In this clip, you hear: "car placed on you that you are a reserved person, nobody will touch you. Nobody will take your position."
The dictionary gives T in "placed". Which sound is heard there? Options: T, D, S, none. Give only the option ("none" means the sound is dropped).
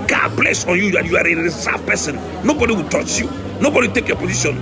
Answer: none